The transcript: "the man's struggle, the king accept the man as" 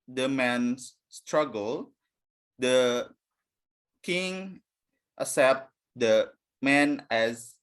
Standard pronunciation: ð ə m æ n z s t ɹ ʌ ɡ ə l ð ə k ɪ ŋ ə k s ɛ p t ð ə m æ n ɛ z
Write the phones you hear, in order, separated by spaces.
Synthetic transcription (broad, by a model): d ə m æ n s s t ɹ ʌ ɡ ə l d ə k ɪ ŋ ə s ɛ p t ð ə m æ n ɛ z